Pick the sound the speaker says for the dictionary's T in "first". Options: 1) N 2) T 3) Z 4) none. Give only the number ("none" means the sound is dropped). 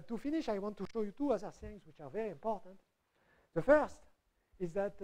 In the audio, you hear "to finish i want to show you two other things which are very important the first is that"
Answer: 2